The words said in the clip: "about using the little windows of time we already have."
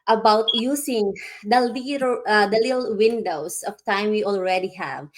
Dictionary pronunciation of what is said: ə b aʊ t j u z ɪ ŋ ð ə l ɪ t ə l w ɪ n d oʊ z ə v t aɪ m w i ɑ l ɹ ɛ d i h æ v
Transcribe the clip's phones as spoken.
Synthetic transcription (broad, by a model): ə b aʊ t j u s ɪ ŋ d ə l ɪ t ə l w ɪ n d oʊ s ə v t aɪ m w i ɑ l ɹ ɛ d i h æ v